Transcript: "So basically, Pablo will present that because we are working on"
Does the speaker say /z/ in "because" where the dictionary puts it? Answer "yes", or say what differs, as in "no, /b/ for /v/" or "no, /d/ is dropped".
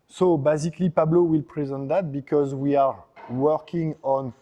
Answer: yes